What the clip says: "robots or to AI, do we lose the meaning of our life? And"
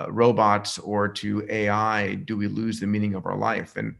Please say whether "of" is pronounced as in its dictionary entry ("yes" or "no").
yes